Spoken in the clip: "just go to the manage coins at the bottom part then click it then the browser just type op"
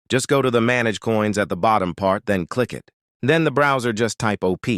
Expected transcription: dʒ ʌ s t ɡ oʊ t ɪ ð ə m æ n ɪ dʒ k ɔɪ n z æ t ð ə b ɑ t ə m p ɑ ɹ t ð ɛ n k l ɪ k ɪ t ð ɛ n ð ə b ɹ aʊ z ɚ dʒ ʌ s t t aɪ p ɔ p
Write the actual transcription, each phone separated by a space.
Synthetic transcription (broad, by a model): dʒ ʌ s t ɡ oʊ t ɪ ð ə m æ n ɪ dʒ k ɔɪ n z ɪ t ð ə b ɑ t ə m p ɑ ɹ t ð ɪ n k l ɪ k ɪ t ð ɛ n ð ə b ɹ aʊ z ɚ dʒ ʌ s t t aɪ p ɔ p